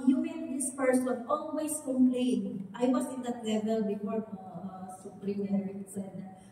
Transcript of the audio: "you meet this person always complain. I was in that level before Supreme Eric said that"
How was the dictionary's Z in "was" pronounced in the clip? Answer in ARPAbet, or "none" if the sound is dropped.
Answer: S